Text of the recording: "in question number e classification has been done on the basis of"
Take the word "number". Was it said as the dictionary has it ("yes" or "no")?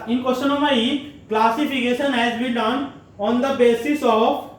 no